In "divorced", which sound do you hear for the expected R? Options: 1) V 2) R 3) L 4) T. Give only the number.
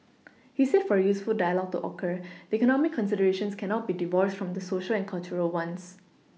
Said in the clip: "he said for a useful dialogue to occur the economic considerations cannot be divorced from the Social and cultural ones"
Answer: 2